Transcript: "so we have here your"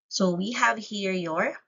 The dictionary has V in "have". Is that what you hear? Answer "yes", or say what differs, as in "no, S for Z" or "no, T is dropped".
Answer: yes